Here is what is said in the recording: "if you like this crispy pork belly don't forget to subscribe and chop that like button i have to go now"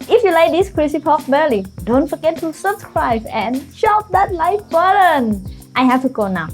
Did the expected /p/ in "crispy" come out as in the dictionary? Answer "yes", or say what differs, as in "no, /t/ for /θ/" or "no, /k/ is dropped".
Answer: no, /p/ is dropped